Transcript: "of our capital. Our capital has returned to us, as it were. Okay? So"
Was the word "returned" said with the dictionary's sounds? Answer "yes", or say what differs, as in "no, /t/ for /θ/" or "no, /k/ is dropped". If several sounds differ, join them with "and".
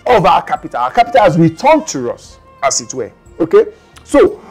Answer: no, /w/ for /ɹ/